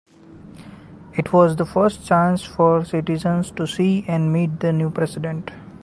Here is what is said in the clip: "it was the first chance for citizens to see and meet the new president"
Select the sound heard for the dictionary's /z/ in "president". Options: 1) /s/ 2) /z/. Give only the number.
1